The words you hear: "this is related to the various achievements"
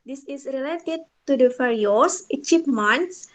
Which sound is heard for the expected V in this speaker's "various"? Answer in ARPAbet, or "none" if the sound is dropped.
F